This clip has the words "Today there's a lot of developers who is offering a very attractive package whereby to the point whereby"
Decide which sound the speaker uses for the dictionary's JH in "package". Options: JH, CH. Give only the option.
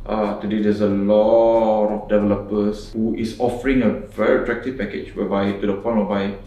CH